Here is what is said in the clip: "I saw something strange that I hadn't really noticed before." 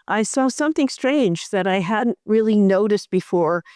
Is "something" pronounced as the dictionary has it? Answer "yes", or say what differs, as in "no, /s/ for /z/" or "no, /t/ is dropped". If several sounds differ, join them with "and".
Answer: yes